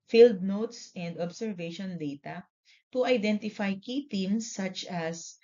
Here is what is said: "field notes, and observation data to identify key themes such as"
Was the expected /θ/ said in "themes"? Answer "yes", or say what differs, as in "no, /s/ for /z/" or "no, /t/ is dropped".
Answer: no, /t/ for /θ/